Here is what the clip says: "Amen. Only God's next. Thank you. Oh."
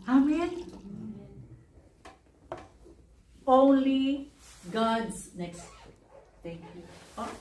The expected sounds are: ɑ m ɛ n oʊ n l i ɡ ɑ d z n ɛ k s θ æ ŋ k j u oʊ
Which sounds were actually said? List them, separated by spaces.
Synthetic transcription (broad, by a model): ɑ m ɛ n oʊ n l i ɡ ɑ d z n ɛ k s t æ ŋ k j u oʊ